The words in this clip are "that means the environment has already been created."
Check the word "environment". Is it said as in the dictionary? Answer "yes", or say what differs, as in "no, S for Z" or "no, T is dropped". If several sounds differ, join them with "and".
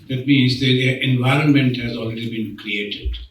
yes